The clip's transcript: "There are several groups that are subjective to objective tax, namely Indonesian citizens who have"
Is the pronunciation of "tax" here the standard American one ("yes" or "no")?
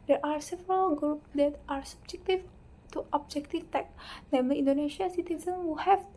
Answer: no